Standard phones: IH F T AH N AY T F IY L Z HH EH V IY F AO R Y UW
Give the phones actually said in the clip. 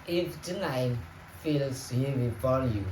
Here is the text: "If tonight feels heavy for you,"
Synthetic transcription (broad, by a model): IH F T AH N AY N F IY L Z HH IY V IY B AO L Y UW